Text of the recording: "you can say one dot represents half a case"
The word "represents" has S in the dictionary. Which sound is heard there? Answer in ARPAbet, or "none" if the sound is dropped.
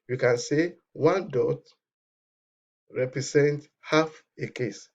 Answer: none